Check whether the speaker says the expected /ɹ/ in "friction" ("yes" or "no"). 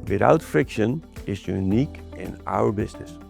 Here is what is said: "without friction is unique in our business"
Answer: yes